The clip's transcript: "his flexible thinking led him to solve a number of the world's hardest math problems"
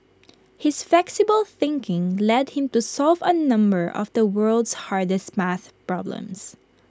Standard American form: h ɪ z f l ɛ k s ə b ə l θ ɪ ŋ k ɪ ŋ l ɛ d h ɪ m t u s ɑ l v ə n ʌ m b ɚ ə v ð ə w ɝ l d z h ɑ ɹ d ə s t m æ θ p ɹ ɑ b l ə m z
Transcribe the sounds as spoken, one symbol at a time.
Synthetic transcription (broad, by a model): h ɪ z f l ɛ k s ə b ə l θ ɪ ŋ k ɪ ŋ l ɛ d h ɪ m t u s ɑ l v ə n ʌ m b ɚ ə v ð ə w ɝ l d s h ɑ ɹ d ə s t m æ θ p ɹ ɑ b l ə m s